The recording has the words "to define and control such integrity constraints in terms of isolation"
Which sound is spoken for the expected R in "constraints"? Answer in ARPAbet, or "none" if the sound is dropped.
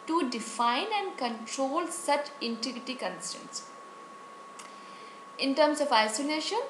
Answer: none